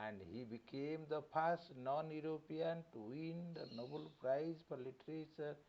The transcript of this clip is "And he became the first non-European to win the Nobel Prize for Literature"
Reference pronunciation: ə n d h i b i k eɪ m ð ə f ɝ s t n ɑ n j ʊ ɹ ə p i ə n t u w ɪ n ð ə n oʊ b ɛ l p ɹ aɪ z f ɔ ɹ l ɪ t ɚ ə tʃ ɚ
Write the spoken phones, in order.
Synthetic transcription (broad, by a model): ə n d h i b i k eɪ m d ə p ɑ s t n ɑ n j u ɹ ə p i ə n t u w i n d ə n oʊ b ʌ l p ɹ aɪ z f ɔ ɹ l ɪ t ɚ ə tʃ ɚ